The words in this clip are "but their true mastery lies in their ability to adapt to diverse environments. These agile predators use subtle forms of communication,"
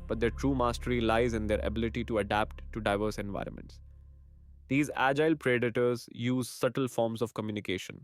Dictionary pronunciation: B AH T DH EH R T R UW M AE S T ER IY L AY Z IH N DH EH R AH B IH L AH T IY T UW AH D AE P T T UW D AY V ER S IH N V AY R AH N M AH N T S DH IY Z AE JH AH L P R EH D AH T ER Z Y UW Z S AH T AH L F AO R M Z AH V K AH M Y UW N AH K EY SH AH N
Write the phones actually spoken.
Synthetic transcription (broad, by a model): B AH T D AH T R UW M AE S T ER IY L AY Z IH N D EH R AH B IH L AH T IY T UW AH D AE P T T UW D AY V ER S IH N V AY R AH N M AH N T S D IY Z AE JH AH L P R EH D AH T ER Z Y UW Z S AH T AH L F AO R M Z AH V K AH M Y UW N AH K EY SH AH N